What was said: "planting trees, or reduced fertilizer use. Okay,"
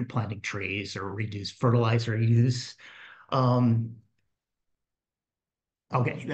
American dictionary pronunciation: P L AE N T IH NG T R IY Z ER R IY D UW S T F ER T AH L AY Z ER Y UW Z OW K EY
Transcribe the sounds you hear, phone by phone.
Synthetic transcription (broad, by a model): P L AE N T IH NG T R IY Z ER R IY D UW S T F ER T AH L AY Z ER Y UW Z OW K EY